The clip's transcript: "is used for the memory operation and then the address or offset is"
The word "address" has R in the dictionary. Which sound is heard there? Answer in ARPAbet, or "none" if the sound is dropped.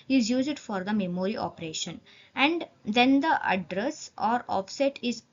R